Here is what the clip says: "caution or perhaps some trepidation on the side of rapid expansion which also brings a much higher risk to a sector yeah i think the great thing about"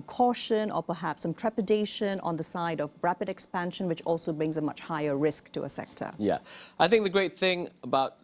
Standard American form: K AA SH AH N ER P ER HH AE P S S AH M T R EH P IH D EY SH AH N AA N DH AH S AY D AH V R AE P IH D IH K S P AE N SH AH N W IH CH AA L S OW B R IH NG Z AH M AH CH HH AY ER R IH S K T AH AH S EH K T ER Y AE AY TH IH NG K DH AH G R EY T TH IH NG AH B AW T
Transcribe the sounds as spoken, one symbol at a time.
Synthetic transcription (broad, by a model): K AA SH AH N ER P ER HH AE P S S AH M T R EH P IH D EY SH AH N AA N DH AH S AY D AH V R AE P IH D IH K S P AE N SH AH N W IH CH AA L S OW B R IH NG Z AH M AH CH HH AY ER R IH S K T AH AH S EH K T ER Y AE AY TH IH NG K DH AH G R EY T TH IH NG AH B AW T